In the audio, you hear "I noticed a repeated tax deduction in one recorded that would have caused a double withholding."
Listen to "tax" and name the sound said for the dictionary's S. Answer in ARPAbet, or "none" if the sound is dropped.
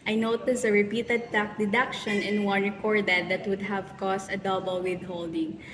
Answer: none